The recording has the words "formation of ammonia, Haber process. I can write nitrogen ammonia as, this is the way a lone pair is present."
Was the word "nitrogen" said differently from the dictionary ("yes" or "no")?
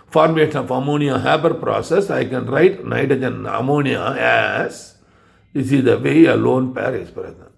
yes